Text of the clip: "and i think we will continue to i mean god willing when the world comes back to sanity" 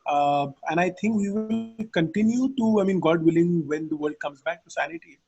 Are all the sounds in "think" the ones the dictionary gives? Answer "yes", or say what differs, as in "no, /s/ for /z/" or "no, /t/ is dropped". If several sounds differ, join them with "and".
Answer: no, /t/ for /θ/